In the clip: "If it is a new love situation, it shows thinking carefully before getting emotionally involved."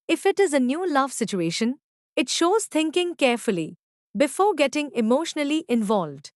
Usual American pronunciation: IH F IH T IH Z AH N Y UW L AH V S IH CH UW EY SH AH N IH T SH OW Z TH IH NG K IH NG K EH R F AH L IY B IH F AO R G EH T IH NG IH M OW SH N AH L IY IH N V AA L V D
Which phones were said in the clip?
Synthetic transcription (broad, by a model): IH F IH T IH Z AH N Y UW L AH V S IH CH UW EY SH AH N IH T SH OW Z T IH NG K IH NG K EH R F AH L IY B IH F AO R G EH T IH NG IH M OW SH N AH L IY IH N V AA L V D